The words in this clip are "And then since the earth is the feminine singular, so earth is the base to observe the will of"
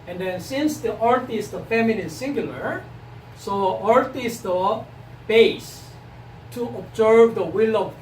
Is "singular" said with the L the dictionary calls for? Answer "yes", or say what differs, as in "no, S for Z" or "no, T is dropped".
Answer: yes